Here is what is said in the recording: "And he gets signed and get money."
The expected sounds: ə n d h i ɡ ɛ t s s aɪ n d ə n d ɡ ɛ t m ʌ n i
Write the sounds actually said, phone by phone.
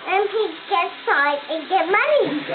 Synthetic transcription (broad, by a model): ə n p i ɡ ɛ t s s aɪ d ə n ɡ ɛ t m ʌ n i